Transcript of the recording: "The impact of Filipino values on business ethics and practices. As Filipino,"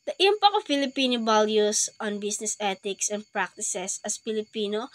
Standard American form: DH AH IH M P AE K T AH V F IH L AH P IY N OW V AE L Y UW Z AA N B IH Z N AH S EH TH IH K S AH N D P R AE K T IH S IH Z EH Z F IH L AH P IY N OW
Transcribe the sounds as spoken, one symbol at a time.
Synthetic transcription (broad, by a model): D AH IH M P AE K AH F IH L AH P IY N OW B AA L Y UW S AA N B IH S N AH S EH T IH K S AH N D P R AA K T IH S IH S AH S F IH L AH P IY N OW